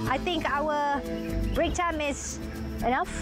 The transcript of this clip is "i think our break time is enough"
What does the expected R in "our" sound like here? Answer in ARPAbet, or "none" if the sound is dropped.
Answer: L